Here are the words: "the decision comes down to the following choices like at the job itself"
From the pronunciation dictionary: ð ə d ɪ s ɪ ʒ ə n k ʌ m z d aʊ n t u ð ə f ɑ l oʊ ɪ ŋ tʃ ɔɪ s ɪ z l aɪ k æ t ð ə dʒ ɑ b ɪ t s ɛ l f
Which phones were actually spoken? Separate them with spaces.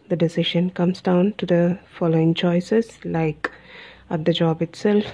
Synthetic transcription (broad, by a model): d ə d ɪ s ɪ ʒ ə n k ʌ m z d aʊ n t u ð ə f ɑ l oʊ ɪ ŋ tʃ ɔɪ s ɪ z l aɪ k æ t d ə dʒ ɑ b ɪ t s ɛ l f